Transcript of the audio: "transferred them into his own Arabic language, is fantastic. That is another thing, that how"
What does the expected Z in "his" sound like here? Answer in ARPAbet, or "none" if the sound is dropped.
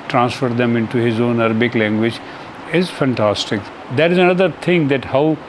Z